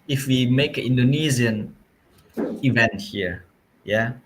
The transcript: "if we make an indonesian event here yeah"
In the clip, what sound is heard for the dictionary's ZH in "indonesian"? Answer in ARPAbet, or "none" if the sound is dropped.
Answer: Z